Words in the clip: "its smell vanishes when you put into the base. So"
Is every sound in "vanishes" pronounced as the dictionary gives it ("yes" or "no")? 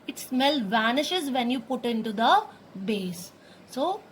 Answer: yes